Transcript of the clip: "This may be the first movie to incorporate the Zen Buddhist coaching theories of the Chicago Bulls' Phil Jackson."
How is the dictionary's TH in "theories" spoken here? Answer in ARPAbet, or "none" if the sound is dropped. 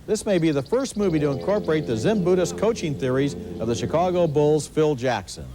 TH